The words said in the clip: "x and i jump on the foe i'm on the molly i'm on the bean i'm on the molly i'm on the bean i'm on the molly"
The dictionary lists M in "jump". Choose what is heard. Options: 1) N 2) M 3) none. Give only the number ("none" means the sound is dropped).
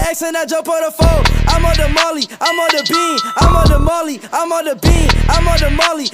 3